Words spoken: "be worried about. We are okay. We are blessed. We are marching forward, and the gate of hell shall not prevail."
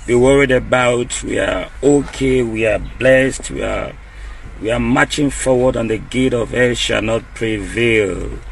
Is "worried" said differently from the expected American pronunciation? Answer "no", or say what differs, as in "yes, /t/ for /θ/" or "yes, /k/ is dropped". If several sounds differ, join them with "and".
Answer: no